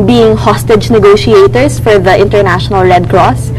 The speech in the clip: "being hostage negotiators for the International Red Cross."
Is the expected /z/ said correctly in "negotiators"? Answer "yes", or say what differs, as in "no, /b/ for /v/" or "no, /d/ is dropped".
no, /s/ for /z/